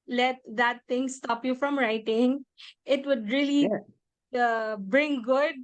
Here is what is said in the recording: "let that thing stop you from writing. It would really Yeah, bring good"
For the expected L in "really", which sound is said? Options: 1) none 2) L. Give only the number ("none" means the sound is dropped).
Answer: 1